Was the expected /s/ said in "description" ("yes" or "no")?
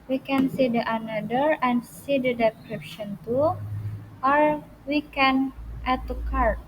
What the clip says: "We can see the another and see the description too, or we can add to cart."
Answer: no